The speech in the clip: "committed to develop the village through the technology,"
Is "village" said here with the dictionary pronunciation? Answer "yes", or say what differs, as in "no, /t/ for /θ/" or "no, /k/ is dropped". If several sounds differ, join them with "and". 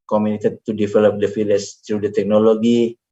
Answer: no, /f/ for /v/